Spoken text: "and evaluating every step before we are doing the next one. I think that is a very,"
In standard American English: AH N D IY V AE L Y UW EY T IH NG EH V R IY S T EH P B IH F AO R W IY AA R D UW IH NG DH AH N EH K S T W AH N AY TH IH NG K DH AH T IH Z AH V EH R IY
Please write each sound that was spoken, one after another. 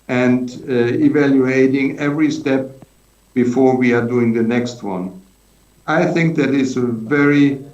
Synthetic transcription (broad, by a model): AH N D IY V AE L Y UW EY T IH NG EH V R IY S T EH P B IH F AO R W IY AA R D UW IH NG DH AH N EH K S T W AH N AY TH IH NG K DH AH T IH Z AH V EH R IY